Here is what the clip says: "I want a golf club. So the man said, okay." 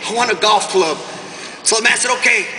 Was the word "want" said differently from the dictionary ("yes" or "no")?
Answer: yes